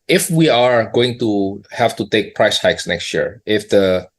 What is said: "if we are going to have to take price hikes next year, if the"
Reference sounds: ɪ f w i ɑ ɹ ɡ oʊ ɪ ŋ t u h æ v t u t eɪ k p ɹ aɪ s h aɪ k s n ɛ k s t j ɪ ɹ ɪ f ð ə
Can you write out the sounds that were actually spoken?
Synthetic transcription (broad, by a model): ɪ f w i ɑ ɹ ɡ oʊ ɪ ŋ t u h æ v t u t eɪ k p ɹ aɪ s h aɪ k s n ɛ k s t j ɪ ɹ ɪ f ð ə